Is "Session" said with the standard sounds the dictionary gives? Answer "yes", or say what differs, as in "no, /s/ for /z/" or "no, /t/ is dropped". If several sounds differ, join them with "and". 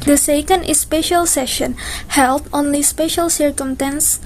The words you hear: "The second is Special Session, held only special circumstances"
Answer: yes